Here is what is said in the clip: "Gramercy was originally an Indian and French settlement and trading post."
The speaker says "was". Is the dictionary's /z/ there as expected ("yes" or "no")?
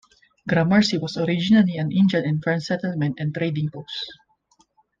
no